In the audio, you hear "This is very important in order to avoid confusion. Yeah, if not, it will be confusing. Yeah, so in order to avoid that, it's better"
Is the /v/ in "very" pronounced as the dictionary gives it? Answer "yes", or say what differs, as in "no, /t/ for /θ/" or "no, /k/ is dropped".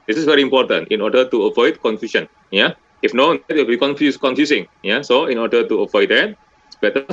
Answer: yes